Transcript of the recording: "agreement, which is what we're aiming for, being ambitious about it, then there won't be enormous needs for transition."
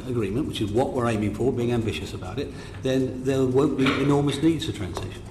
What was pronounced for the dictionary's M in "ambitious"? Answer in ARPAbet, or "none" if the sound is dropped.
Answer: M